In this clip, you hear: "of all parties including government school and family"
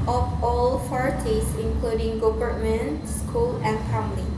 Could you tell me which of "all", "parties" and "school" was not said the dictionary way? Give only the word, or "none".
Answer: parties